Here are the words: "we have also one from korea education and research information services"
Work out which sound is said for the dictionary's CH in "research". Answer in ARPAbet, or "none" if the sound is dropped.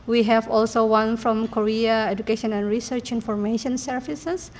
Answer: CH